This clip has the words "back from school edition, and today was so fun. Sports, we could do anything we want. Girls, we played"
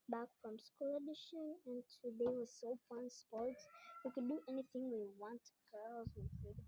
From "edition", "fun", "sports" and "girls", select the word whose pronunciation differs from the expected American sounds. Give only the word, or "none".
fun